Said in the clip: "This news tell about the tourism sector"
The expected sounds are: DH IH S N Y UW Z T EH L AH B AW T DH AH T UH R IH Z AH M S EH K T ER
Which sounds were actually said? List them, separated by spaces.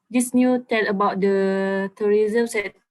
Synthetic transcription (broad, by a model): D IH S N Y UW T EH L AH B AW T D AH T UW R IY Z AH M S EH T